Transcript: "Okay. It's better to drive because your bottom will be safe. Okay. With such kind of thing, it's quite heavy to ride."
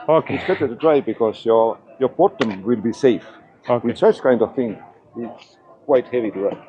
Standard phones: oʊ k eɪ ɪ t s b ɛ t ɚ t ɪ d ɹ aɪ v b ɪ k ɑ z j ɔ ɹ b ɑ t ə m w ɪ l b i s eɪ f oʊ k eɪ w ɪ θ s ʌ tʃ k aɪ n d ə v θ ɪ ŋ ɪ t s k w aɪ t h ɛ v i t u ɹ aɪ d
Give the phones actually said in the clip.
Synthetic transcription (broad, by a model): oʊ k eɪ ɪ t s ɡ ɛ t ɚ t ɪ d ɹ aɪ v b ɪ k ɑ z j ɔ ɹ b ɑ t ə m w ɪ l b i s eɪ f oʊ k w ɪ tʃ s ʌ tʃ k aɪ n d ə v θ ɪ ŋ ɪ t s k w aɪ t h ɛ v i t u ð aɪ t